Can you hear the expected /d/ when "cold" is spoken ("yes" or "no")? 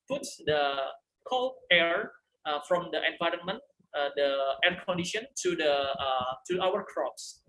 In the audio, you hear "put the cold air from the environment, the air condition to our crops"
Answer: no